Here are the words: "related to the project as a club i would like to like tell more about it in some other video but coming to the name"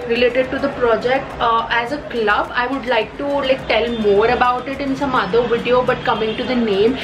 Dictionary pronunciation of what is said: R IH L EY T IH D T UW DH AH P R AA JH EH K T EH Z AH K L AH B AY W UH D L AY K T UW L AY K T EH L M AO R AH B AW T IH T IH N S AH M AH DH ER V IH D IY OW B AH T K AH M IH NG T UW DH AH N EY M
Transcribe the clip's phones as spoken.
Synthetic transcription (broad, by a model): R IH L EY T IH D T UW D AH P R AA JH EH K T EH Z AH K L AH B AY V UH D L AY K T UW L AY K T EH L M AO R AH B AW T IH T IH N S AH M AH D ER V IH D IY OW B AH T K AH M IH NG T UW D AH N EY M